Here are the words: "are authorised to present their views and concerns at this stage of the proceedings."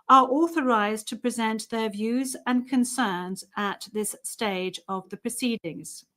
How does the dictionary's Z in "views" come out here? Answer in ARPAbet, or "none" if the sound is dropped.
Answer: Z